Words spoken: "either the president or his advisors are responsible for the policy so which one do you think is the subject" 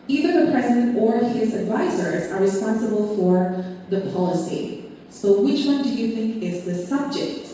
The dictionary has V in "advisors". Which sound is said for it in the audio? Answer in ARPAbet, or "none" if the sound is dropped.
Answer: V